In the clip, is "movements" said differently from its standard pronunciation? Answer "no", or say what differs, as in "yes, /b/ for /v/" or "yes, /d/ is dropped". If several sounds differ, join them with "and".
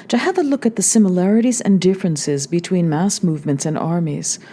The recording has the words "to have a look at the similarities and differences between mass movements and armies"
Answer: no